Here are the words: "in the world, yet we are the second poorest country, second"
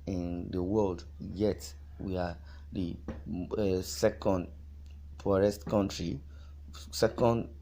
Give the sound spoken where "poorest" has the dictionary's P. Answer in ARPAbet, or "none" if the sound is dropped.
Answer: F